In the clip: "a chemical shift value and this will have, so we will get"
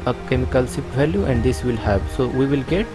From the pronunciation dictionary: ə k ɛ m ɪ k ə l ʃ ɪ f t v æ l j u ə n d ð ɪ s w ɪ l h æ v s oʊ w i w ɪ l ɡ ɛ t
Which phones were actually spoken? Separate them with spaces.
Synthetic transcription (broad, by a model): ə k ɛ m ɪ k ə l s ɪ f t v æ l j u ə n d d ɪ s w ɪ l h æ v s oʊ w i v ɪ l ɡ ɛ t